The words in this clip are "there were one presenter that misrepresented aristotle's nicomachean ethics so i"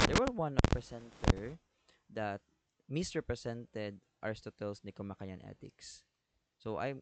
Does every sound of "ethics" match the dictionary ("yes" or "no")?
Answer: no